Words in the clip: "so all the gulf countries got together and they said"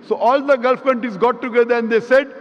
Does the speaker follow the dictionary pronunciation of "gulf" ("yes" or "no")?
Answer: yes